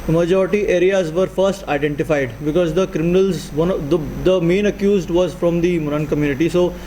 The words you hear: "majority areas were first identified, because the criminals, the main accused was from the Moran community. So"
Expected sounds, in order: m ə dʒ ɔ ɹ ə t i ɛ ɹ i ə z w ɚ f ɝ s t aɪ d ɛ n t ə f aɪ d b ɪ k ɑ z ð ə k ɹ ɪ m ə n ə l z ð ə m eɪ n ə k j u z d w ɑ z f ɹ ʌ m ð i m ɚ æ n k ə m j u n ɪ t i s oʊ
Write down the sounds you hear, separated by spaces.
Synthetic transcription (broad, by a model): m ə dʒ ɔ ɹ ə t i ɛ ɹ i ə z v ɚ f ɝ s t aɪ d ɛ n t ə f aɪ d b ɪ k ɑ z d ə k ɹ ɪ m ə n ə l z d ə m eɪ n ə k j u z d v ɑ z f ɹ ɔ m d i m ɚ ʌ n k ə m j u n ɪ t i s oʊ